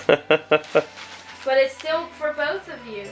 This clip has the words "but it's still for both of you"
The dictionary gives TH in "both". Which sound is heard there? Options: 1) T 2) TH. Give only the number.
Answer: 2